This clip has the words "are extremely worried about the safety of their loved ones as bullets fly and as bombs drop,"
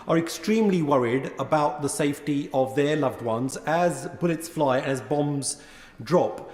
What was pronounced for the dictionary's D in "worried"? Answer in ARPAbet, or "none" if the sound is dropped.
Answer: D